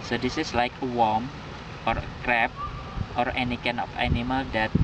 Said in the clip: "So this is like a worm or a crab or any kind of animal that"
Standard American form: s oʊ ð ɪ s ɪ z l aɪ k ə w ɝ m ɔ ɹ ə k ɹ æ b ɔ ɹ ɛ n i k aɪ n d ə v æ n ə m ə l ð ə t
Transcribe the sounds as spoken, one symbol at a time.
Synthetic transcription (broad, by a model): s oʊ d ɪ s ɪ s l aɪ k ə w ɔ m ɔ ɹ ə k ɹ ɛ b ɔ ɹ ɛ n i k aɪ n ə f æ n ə m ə l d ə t